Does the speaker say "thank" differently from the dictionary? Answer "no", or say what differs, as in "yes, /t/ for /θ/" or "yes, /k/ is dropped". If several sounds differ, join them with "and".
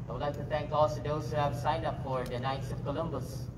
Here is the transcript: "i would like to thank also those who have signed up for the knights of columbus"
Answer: yes, /t/ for /θ/